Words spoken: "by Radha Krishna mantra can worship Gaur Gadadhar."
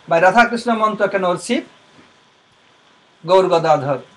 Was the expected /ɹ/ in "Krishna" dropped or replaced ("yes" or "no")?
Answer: no